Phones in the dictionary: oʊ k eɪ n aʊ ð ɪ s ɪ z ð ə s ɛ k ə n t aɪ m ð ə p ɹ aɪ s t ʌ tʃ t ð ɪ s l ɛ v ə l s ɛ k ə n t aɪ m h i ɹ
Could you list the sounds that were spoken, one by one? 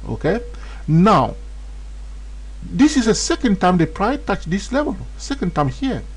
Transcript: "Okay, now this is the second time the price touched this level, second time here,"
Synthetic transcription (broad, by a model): oʊ k eɪ n aʊ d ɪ s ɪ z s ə s ɛ k ə n t aɪ m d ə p ɹ aɪ t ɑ tʃ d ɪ s l ɛ v ə l s ɛ k ə n t aɪ m h i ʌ